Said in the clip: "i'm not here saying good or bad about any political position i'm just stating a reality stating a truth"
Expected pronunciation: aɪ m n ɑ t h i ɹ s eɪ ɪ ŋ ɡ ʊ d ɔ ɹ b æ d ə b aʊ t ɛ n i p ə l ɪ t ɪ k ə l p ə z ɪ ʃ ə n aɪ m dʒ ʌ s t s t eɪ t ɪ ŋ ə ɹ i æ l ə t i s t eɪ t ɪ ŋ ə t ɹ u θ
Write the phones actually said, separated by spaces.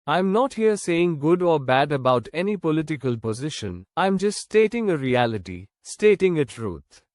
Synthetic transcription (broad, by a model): aɪ m n ɑ t h i ɹ s eɪ ɪ ŋ ɡ ʊ d ɔ ɹ b æ d ə b aʊ t ɛ n i p ə l ɪ t ɪ k ə l p ə z ɪ ʃ ə n aɪ m dʒ ʌ s t s t eɪ t ɪ ŋ ə ɹ i æ l ə t i s t eɪ t ɪ ŋ ə t ɹ u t